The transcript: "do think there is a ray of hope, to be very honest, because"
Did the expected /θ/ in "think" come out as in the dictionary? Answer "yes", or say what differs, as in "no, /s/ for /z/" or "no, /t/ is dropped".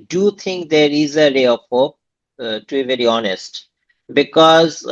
no, /t/ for /θ/